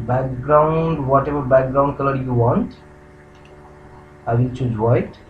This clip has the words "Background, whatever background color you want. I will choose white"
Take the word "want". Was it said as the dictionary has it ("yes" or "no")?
yes